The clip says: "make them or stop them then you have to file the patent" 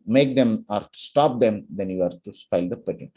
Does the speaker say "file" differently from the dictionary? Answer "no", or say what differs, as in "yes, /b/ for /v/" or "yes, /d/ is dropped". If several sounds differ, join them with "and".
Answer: yes, /p/ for /f/